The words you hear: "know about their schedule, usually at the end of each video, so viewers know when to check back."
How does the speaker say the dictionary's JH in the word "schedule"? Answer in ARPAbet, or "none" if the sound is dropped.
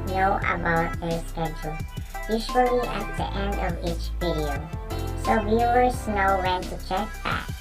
CH